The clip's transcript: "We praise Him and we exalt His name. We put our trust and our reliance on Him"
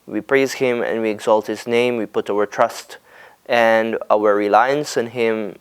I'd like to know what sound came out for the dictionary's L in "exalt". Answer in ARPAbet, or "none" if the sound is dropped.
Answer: L